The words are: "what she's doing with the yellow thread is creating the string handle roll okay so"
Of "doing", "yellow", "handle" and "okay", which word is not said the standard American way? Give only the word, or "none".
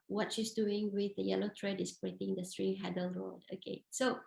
handle